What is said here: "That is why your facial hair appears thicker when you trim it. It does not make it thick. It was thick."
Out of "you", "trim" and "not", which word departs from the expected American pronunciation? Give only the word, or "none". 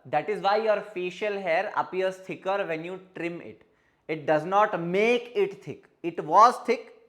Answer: none